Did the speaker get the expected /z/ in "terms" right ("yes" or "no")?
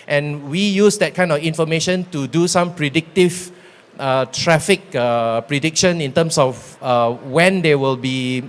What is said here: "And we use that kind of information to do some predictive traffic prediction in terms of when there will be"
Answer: no